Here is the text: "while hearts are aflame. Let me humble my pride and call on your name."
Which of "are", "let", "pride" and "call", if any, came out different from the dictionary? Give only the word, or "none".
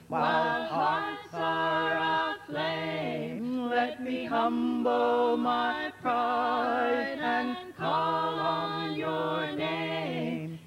pride